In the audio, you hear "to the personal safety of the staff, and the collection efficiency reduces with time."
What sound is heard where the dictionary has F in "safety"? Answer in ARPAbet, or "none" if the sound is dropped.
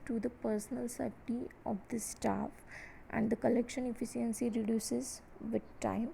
none